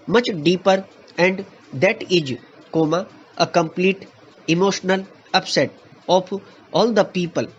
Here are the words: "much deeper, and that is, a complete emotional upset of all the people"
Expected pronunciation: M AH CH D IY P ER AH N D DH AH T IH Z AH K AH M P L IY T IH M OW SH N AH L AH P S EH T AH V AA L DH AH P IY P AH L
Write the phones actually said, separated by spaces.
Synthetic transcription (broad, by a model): M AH CH D IY P ER AH N D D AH T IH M AH K AH M P L IY T IH M OW SH N AH L AH P S EH T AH P AA L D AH P IY P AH L